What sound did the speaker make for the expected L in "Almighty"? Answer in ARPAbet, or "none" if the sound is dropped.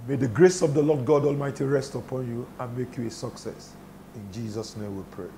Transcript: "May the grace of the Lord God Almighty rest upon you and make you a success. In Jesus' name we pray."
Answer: L